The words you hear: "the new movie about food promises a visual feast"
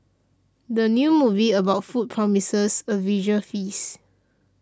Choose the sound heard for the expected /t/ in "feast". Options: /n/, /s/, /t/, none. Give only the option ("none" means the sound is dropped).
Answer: none